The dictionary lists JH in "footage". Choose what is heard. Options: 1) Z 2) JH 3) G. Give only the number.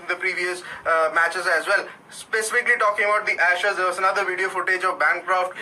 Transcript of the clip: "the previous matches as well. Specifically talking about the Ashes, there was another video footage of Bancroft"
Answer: 2